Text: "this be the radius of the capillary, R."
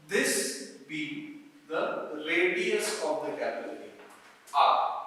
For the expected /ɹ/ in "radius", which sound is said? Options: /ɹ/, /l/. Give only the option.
/l/